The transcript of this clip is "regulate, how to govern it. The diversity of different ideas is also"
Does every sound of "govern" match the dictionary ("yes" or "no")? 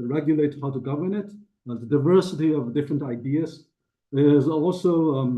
yes